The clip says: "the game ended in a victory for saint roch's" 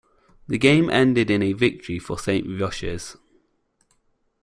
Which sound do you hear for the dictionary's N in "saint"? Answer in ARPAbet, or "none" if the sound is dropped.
N